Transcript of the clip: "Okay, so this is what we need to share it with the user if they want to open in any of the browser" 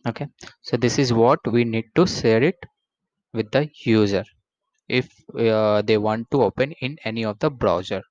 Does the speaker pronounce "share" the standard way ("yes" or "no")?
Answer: no